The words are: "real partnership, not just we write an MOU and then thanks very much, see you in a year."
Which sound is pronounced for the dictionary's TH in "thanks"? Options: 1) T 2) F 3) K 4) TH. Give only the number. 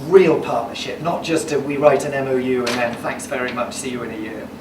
4